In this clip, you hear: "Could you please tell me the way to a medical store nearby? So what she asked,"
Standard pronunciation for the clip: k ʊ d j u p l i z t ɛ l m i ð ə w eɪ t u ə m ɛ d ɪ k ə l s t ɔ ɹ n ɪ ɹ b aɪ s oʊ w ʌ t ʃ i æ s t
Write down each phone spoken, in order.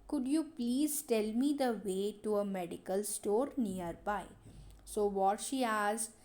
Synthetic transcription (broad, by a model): k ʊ d j u p l i z t ɛ l m i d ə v eɪ t u ə m ɛ d ɪ k ə l s t ɔ ɹ n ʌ ɹ b aɪ s oʊ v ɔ t ʃ i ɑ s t